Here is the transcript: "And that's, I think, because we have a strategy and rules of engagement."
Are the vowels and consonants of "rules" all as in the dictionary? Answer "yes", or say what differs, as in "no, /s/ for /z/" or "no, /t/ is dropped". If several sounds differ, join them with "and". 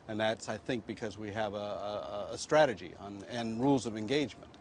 yes